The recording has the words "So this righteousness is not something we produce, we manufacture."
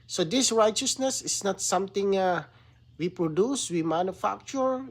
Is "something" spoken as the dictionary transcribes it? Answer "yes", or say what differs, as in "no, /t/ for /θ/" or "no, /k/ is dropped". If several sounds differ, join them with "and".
no, /t/ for /θ/